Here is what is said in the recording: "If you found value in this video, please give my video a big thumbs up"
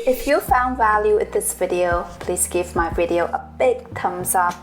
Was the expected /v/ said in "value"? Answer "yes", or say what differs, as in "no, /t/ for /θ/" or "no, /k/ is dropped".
yes